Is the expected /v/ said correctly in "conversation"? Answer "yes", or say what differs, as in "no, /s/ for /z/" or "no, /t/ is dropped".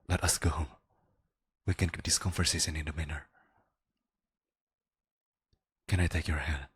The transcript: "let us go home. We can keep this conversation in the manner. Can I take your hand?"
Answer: no, /f/ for /v/